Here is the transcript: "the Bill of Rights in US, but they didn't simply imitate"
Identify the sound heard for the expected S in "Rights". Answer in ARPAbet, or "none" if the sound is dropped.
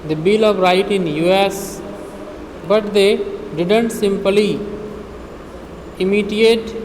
none